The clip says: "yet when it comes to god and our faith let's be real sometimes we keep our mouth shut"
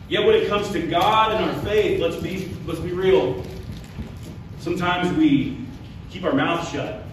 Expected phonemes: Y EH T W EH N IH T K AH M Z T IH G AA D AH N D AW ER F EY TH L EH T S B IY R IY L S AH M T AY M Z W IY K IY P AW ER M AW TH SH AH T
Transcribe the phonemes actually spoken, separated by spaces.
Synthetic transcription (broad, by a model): Y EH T W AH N IH T K AH M Z T IH G AA D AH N AW ER F EY TH L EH T S B IY R IY L S AH M T AY M Z W IY K IY P AW ER M AW TH SH AH T